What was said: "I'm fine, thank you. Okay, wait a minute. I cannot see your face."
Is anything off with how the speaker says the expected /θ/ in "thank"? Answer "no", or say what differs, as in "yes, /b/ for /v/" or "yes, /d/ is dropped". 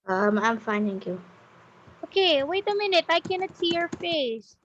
yes, /t/ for /θ/